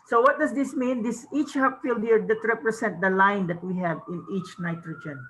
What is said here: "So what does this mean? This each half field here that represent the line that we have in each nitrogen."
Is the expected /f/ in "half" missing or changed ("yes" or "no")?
yes